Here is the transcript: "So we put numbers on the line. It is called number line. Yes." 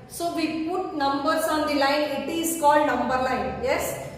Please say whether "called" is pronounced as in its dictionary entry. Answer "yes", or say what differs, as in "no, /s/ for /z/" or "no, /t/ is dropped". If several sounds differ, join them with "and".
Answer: yes